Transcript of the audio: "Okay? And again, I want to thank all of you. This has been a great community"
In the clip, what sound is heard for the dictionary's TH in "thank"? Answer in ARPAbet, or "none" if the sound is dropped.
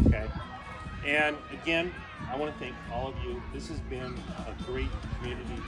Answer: TH